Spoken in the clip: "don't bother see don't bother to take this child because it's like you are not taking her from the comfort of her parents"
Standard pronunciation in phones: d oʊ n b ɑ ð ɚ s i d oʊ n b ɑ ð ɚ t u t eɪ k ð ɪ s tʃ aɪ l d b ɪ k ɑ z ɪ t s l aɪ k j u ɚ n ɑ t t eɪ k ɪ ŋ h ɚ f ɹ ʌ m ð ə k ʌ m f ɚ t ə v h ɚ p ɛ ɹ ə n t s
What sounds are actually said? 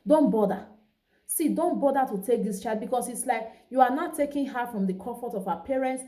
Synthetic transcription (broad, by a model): d oʊ n b ɑ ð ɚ s i d oʊ n b ɑ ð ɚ t u t eɪ k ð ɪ s tʃ aɪ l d b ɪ k ɑ s ɪ t s l aɪ k j u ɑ n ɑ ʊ t eɪ k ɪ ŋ h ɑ f ɹ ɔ m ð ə k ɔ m f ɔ t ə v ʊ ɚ p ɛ ɹ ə n t s